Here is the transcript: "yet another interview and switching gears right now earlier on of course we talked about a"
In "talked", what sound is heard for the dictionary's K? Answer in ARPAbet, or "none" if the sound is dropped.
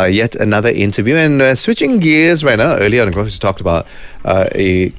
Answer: K